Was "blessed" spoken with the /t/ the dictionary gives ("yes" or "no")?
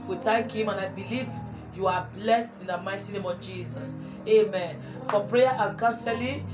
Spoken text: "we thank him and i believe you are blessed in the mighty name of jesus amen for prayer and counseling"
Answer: yes